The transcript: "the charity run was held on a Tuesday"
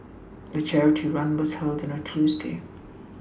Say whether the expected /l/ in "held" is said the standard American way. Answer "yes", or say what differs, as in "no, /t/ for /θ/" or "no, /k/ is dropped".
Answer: yes